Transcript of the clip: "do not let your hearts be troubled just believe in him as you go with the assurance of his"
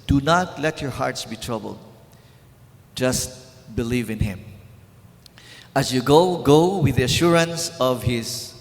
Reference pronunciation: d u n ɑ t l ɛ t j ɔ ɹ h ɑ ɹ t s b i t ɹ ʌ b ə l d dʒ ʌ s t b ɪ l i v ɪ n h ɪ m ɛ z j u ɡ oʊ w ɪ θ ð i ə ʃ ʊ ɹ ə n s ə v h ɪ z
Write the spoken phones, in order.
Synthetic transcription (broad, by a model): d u n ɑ t l ɛ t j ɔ ɹ h ɑ ɹ t s b i t ɹ ʌ b ə l d dʒ ʌ s t b ɪ l i v ɪ n h ɪ m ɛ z j u ɡ oʊ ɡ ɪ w ð i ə ʃ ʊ ɹ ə n s ə v h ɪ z